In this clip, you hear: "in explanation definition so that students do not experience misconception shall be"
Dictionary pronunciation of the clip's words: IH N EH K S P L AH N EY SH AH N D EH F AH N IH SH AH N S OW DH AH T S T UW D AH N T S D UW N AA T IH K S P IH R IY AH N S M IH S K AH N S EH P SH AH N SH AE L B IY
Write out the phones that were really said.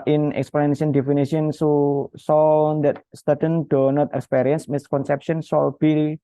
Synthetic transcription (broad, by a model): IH N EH K S P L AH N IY AH N D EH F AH N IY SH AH N S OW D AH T S T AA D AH N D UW N AA T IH K S P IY R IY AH N S M IH S K AH N S EH P SH AH N S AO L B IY